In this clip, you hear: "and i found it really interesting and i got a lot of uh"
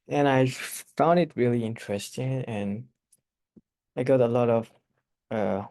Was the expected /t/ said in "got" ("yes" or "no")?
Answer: yes